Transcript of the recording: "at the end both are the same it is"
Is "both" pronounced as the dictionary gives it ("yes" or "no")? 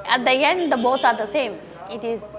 no